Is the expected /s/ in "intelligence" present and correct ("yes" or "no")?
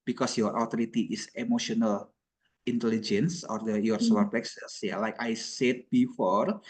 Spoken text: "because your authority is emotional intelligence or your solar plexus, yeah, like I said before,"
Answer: yes